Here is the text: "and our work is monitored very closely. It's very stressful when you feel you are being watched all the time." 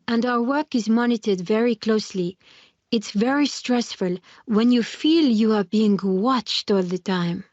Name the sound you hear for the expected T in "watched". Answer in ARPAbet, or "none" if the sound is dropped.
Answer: T